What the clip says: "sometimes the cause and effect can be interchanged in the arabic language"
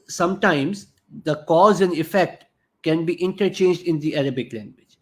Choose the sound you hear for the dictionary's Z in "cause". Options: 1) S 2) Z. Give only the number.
2